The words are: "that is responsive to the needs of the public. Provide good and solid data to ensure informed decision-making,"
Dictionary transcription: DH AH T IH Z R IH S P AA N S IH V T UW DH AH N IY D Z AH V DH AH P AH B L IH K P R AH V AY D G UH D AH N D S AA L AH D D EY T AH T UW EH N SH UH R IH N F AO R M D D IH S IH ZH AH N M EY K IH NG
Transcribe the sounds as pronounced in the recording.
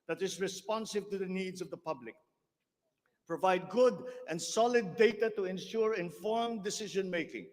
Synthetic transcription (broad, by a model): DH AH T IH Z R IH S P AA N S IH V T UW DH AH N IY D Z AH V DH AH P AH B L IH K P R AH V AY D G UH D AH N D S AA L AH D D EY T AH T UW EH N SH UH R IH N F AO R M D D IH S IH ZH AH N M EY K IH NG